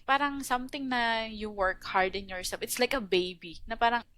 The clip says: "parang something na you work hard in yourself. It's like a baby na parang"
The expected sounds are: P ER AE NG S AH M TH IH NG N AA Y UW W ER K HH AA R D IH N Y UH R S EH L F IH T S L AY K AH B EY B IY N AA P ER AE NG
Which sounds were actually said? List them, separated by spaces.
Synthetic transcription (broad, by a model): P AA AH NG S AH M T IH NG N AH Y UW W ER K HH AA R D IH N Y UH R S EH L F IH T S L AY K AH B EY B IY N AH P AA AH NG